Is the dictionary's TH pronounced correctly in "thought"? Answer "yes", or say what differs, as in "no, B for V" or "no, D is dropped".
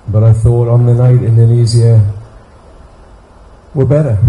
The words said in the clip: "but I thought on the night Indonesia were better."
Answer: yes